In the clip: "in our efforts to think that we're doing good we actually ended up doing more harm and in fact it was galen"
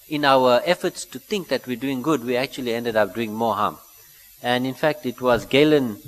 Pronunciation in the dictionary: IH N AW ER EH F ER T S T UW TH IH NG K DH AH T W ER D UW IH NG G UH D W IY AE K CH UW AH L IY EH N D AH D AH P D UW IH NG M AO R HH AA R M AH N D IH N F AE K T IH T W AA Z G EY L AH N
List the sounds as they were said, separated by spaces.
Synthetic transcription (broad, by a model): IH N AW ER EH F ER T S T UW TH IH NG K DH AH T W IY D UW IH NG G UH D W IY AE K CH UW AH L IY EH N D AH D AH P D UW IH NG M AO HH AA M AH N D IH N F AE K T IH T W AA Z G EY L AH N